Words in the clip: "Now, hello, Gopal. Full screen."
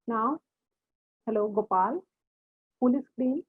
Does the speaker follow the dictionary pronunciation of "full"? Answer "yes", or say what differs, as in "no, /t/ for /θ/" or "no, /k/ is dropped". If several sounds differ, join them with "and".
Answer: no, /p/ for /f/